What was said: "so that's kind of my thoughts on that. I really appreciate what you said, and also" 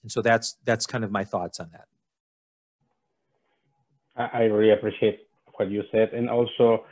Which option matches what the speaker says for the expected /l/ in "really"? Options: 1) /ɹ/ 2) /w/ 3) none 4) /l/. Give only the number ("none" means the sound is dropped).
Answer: 3